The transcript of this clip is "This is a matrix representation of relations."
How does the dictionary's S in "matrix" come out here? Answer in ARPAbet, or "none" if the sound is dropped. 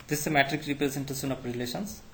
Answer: none